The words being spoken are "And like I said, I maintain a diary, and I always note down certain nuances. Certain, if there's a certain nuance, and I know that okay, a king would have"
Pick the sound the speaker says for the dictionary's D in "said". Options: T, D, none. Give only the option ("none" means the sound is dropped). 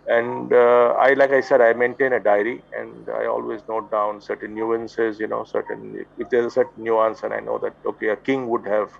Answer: D